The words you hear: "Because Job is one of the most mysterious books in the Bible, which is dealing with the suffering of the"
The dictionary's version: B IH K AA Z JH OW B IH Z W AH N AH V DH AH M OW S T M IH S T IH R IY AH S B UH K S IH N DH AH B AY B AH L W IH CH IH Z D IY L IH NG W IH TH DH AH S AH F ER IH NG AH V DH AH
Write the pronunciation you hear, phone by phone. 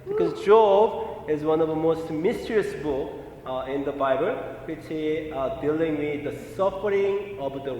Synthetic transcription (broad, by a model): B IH K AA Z JH OW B IH Z W AH N AH V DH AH M OW S T M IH S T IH R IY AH S B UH K IH N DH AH B AY B AH L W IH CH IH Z D IY L IH NG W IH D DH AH S AH F ER IH NG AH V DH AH